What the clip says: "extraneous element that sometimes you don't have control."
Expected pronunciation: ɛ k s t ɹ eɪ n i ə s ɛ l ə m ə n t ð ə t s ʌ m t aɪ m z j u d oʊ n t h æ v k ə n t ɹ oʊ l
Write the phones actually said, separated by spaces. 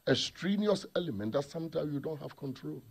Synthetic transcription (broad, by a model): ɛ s t ɹ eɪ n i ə s ɛ l ə m ə n t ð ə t s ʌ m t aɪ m j u d oʊ n t h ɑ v k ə n t ɹ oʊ l